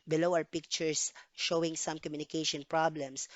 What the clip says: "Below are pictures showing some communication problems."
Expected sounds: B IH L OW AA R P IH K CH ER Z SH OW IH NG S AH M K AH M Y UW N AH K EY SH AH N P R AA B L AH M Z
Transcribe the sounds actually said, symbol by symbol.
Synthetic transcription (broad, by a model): B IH L OW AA W P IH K CH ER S SH OW IH NG S AH M K AH M Y UW N AH K EY SH AH N P R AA B L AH M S